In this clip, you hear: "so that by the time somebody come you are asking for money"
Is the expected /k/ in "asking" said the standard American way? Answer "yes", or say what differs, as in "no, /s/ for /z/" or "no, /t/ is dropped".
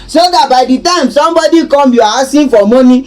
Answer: no, /k/ is dropped